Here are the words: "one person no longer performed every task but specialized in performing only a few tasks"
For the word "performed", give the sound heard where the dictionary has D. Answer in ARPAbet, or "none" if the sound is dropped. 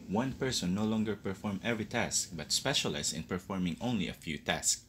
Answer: none